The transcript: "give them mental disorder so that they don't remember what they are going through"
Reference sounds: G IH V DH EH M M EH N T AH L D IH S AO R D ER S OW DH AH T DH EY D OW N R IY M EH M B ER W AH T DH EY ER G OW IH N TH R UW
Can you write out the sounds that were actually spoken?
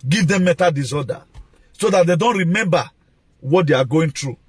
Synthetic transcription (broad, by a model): G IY V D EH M M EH T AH D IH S AO D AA S OW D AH T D EY D OW N R IY M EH M B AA W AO T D EY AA G OW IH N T R UW